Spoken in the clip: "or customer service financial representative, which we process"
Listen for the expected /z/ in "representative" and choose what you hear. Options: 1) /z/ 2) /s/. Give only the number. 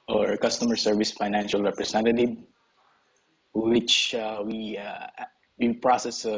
2